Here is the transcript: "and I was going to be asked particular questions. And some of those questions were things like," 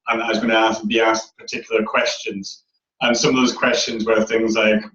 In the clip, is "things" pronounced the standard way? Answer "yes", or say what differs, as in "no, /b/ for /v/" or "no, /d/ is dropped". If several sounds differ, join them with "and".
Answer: yes